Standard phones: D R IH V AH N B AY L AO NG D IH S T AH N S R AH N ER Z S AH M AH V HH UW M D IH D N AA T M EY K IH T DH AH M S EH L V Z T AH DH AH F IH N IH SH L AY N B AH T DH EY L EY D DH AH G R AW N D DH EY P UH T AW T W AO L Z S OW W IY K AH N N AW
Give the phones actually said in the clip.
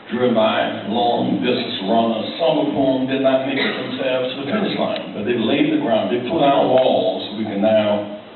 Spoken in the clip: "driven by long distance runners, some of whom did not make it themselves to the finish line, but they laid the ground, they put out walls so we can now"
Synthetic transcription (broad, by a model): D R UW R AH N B AY L AO NG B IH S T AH S R AH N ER S AH M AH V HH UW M D IH D N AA T M EY K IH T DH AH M S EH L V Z T AH DH AH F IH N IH S L AY N B AH T DH EY L EY D DH AH G R AW N D DH EY P UH T AW T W AO L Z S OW W IY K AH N N AW